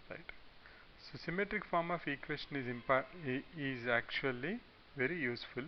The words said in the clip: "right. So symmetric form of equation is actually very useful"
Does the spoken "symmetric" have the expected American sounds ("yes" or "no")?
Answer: yes